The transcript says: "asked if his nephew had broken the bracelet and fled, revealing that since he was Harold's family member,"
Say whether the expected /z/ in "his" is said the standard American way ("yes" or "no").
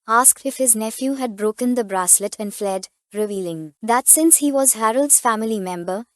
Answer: yes